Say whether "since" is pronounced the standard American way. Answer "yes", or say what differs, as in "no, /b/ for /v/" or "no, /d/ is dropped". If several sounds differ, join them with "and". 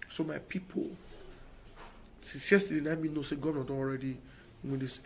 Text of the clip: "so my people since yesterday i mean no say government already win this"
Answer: no, /n/ is dropped